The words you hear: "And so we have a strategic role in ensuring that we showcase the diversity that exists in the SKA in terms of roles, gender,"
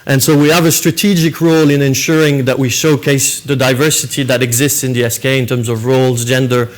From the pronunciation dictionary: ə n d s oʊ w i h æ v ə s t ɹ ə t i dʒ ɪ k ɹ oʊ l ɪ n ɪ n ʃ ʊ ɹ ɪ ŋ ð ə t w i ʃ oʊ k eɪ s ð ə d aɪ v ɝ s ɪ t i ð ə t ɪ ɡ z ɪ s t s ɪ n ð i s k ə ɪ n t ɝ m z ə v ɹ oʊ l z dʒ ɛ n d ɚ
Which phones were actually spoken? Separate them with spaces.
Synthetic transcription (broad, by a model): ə n s oʊ w i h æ v ə s t ɹ ə t i dʒ ɪ k ɹ oʊ l ɪ n ɪ n ʃ ʊ ɹ ɪ ŋ ð ə t w i ʃ oʊ k eɪ s ð ə d aɪ v ɝ s ɪ t i ð ə t ɪ ɡ z ɪ s t s ɪ n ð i s k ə ɪ n t ɝ m z ə v ɹ oʊ l z dʒ ɛ n d ɚ